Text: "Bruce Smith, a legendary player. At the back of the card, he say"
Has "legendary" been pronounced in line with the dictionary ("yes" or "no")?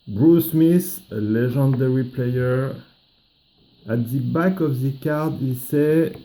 no